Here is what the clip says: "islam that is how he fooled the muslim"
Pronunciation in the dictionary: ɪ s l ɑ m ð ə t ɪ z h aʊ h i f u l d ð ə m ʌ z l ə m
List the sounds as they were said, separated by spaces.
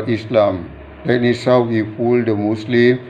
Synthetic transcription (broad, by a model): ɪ s l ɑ m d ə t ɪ s h aʊ h i f u l d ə m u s l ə m